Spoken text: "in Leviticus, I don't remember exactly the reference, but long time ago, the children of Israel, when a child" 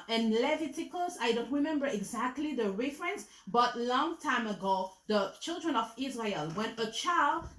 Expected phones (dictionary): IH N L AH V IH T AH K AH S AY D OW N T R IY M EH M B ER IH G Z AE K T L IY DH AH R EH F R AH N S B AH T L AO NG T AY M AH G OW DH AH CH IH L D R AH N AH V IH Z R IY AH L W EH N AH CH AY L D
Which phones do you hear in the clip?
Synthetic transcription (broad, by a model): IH N L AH V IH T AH K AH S AY D OW N T R IY M EH M B ER IH G Z AE K T L IY DH AH R EH F R AH N S B AH T L AO NG T AY M AH G OW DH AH CH IH L D R AH N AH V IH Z R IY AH L W EH N AH CH AY L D